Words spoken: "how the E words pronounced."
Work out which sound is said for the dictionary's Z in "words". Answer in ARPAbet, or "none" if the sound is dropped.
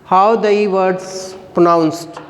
S